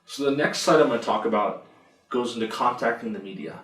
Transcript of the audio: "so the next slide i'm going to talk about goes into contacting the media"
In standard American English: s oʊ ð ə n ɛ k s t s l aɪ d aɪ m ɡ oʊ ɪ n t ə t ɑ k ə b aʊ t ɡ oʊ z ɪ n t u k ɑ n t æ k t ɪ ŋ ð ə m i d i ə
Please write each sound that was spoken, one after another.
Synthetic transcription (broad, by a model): s oʊ ð ə n ɛ k s t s aɪ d aɪ m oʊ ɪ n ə t ɑ k ə b aʊ t ɡ oʊ z ɪ n t u k ɑ n t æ k t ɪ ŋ ð ə m i d i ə